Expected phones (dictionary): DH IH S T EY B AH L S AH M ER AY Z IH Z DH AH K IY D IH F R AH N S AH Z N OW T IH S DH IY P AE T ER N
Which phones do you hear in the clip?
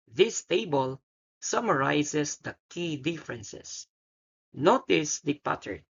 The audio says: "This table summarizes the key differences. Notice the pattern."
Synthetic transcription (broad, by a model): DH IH S T EY B AH L S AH M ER AY S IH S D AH K IY D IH F R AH N S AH S N OW T IH S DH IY P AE T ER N